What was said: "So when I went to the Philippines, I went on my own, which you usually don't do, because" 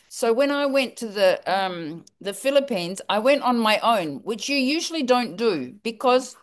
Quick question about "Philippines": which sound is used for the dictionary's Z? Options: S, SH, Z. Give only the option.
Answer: Z